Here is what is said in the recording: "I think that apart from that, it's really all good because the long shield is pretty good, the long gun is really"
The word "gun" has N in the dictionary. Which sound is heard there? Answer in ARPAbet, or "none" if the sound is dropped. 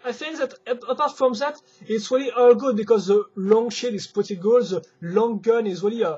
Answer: N